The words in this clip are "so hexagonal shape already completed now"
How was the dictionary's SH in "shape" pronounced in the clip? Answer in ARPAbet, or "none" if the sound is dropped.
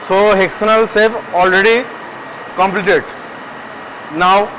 S